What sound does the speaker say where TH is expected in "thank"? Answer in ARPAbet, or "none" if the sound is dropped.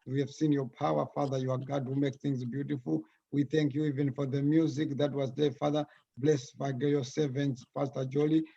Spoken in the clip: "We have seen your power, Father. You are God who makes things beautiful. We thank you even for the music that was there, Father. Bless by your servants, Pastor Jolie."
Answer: TH